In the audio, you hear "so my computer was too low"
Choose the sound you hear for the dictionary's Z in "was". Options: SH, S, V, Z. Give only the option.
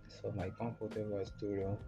S